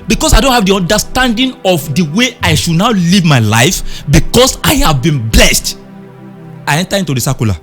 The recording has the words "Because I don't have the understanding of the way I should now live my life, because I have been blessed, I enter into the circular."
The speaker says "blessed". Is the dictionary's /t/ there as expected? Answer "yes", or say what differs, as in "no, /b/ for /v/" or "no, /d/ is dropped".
yes